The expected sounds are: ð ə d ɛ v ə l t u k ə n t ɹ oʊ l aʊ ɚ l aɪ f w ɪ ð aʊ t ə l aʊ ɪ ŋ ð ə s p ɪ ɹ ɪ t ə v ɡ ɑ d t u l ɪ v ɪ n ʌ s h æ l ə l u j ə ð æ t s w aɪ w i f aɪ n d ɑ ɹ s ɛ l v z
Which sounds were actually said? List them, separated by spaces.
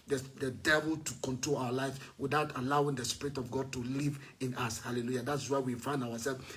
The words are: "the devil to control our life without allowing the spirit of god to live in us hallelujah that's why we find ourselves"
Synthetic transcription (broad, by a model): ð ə d ɛ v ə l t u k ə n t ɹ oʊ l aʊ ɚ l aɪ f w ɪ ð aʊ t ə l aʊ ɪ ŋ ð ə s p ɪ ɹ ɪ t ə v ɡ ɑ d t u l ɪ v ɪ n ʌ s h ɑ l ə l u j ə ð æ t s w aɪ w i f aɪ n d ɑ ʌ s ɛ l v